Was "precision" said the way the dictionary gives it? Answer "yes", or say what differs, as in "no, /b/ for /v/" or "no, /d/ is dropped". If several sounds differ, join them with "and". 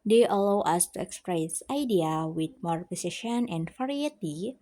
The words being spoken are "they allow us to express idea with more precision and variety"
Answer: no, /ʃ/ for /ʒ/